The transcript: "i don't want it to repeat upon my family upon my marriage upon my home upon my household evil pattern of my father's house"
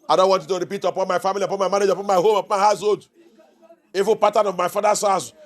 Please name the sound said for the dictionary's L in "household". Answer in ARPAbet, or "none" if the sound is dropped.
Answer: none